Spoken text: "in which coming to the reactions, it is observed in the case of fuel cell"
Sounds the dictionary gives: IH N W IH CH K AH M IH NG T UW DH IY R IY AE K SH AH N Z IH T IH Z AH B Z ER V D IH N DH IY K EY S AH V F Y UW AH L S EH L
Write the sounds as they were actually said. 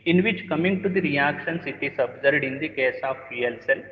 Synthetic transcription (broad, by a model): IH N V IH CH K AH M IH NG T UW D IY R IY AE K SH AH N S IH T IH S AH B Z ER D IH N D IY K EY S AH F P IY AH L S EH L